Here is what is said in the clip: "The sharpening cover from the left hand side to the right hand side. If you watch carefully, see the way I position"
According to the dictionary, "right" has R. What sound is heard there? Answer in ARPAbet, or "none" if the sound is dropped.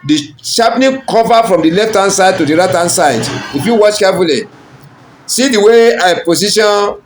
R